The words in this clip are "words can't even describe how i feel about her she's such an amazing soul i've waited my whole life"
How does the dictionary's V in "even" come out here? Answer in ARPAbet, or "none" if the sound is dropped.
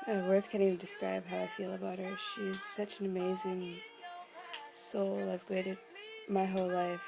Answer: none